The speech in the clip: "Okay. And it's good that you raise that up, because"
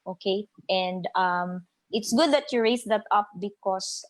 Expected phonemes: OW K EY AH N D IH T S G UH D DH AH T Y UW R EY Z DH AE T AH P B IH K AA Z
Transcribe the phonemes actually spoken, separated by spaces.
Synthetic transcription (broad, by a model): OW K EY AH N D IH T S G UH D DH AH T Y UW R EY S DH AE T AH P B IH K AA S